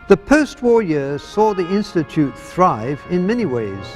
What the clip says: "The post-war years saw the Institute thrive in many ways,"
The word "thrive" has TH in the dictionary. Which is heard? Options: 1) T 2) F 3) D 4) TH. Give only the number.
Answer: 4